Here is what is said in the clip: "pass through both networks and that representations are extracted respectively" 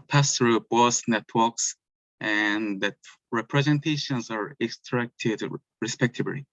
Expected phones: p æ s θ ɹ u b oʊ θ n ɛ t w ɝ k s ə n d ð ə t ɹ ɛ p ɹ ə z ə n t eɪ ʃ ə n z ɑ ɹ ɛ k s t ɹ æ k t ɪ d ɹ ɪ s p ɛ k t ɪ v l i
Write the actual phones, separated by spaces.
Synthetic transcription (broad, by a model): p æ s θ ɹ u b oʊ s n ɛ t w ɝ k s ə n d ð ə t ɹ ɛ p ɹ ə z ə n t eɪ ʃ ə n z ɑ ɹ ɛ k s t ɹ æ k t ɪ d ɹ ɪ s p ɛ k t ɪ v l i